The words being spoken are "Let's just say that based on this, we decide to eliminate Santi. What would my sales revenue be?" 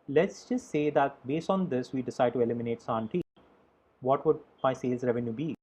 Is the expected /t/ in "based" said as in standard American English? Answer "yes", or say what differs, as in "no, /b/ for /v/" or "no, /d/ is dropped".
yes